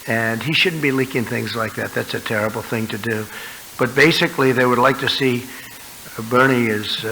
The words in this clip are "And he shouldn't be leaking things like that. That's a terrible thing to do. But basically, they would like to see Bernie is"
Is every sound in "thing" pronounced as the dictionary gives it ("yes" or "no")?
yes